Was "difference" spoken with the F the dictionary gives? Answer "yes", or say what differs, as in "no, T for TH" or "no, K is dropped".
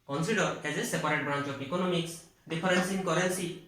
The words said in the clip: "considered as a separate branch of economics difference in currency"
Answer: no, P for F